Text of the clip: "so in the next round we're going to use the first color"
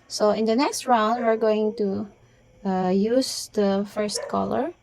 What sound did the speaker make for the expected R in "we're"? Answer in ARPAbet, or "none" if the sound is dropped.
R